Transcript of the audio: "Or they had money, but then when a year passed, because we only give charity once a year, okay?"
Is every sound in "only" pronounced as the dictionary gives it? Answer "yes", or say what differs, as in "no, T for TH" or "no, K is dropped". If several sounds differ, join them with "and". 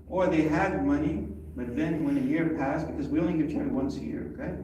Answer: no, L is dropped